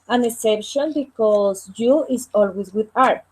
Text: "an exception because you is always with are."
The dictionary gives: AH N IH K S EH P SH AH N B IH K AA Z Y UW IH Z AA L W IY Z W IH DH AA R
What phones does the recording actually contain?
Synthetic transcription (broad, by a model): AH N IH S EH P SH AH N B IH K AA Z Y UW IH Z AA L W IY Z W IH DH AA R